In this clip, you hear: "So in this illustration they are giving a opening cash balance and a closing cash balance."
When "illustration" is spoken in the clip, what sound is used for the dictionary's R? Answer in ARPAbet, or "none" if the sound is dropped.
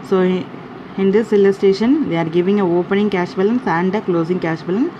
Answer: none